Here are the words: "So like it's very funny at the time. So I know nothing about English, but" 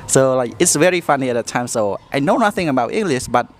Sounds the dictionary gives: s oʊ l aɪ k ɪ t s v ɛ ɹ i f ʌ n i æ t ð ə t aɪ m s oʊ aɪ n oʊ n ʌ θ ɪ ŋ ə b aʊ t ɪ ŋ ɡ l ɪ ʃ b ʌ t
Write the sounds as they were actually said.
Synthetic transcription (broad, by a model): s oʊ l aɪ k ɪ t s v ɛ ɹ i f ʌ n i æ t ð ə t aɪ m s oʊ aɪ n oʊ n ʌ θ ɪ ŋ ə b aʊ t ɪ ŋ ɡ l ɪ ʃ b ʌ t